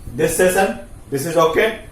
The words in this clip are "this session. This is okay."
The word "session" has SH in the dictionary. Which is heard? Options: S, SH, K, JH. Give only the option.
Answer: S